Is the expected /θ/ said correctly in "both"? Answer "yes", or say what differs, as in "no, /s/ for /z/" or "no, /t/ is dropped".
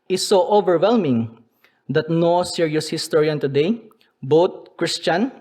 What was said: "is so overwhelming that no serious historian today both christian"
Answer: no, /t/ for /θ/